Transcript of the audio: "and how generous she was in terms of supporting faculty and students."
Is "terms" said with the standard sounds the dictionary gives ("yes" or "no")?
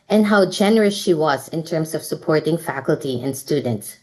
no